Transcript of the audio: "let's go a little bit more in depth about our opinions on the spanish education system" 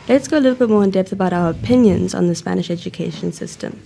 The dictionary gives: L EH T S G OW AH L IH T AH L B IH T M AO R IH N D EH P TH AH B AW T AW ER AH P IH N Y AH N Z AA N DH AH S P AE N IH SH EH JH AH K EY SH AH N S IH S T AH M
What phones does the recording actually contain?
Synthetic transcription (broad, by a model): L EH T S G OW AH L IH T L B IH T M AO R IH N D EH P TH AH B AW T AW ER AH P IH N Y AH N Z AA N DH AH S P AE N IH SH EH JH AH K EY SH AH N S IH S T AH M